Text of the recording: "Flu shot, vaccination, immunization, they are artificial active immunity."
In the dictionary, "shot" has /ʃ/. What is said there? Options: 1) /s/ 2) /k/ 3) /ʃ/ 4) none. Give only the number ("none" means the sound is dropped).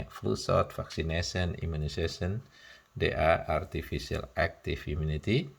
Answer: 1